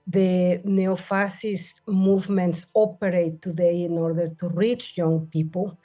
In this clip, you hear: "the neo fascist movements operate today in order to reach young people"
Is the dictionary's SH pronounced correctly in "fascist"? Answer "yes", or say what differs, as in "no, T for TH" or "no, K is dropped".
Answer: no, S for SH